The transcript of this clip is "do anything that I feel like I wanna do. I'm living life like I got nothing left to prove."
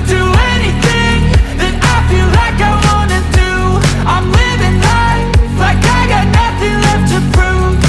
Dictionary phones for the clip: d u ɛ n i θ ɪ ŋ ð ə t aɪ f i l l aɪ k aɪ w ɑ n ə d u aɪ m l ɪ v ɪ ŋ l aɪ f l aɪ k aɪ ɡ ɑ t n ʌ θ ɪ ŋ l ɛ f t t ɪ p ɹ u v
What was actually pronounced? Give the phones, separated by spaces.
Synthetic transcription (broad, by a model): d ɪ ɛ n i θ ɪ ŋ ð ə t aɪ f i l l aɪ k aɪ w ɑ n ə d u aɪ m l ɪ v ɪ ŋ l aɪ l aɪ k aɪ ɡ ɑ t n ʌ θ ɪ ŋ l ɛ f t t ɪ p ɹ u